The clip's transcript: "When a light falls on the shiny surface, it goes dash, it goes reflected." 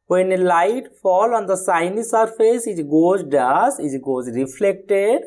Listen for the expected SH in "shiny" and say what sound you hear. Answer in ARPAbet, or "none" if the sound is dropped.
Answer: S